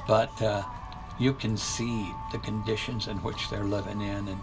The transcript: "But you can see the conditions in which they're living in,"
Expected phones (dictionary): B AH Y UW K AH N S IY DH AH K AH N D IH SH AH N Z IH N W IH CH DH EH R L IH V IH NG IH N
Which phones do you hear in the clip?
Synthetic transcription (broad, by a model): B AH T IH K AH N S IY DH AH K AH N D IH SH AH N Z IH N W IH CH DH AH R L IH V IH NG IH N